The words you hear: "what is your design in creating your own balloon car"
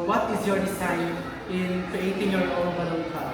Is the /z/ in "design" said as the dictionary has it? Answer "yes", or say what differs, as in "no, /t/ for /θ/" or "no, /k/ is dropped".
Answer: no, /s/ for /z/